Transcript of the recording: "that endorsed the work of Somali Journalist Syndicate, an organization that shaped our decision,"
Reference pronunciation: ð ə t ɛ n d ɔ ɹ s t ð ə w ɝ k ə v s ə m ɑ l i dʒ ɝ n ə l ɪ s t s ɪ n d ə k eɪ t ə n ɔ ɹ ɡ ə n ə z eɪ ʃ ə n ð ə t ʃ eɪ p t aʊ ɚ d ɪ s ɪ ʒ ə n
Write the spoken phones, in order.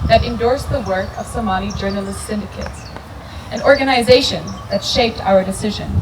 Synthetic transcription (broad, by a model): ð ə t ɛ n d ɔ ɹ s ð ə w ɝ k ə v s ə m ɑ n i dʒ ɝ n ə l ɪ s t s ɪ n d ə k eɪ t ə n ɔ ɹ ɡ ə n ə z eɪ ʃ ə n ð ə t ʃ eɪ p t aʊ ɚ d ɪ s ɪ ʒ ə n